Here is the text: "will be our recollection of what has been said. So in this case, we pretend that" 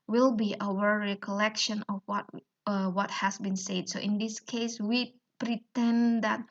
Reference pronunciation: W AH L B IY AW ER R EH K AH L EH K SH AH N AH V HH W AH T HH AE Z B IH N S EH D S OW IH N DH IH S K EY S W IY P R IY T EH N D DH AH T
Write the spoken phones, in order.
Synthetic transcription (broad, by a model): W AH L B IY AW ER R EH K AH L EH K SH AH N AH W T W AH T HH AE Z B IH N S EH D S OW IH N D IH S K EY S W IY P R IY T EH N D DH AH T